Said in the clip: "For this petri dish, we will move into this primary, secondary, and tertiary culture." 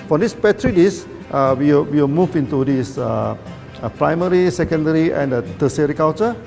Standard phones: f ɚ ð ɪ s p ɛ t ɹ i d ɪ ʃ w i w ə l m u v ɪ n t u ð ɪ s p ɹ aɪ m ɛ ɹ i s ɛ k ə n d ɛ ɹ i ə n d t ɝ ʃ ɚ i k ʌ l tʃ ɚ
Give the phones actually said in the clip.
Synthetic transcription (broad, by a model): f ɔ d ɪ s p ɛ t ɹ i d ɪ s w i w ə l m u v ɪ n t u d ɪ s p ɹ aɪ m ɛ ɹ i s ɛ k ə n d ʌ ɹ i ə n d t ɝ s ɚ i k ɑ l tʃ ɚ